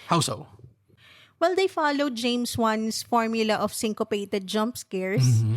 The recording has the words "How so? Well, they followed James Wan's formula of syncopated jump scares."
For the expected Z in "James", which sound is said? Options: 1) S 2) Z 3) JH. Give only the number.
1